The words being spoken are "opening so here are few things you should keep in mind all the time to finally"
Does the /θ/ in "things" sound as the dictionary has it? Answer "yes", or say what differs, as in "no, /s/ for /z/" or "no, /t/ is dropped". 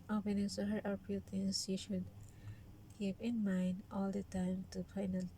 no, /t/ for /θ/